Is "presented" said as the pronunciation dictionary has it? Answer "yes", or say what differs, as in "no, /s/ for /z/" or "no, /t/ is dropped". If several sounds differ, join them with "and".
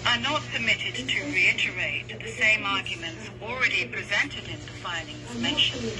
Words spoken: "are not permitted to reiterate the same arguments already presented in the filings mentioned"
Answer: yes